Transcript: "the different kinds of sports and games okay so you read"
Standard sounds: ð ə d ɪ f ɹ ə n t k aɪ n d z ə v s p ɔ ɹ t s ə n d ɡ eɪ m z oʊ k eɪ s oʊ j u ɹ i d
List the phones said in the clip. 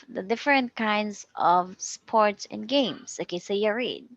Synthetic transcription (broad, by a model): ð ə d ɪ f ɹ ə n t k aɪ n d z ə v s p ɔ ɹ t s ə n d ɡ eɪ m s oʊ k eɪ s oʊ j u ɹ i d